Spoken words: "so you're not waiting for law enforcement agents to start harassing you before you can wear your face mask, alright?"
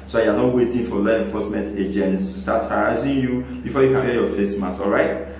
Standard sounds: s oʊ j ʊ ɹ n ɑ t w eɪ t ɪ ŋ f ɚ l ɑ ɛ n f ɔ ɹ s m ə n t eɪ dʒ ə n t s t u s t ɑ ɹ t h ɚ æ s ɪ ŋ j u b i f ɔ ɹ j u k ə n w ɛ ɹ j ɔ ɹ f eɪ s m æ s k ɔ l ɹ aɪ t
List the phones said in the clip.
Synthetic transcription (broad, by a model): s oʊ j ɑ n ɑ t w eɪ t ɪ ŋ f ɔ l ɑ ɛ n f ɔ s m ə n t eɪ dʒ ə n t s t u s t ɑ t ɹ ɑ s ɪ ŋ j u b i f ɔ j u k ə n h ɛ j ɔ f eɪ s m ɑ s ɔ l ɹ aɪ t